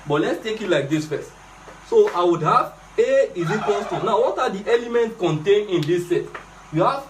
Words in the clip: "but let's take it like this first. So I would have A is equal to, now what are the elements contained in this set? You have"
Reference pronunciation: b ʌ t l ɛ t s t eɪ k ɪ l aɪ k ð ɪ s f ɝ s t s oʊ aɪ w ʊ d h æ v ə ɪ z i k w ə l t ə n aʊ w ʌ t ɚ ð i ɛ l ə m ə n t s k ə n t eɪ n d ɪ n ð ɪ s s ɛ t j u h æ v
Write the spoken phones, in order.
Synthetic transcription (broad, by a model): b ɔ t l ɛ t s t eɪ k ɪ l aɪ k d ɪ s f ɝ s t s oʊ aɪ w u d h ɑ v ə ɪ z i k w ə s t ə n aʊ w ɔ t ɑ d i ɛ l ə m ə n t k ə n t eɪ n ɪ n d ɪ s s ɛ t j u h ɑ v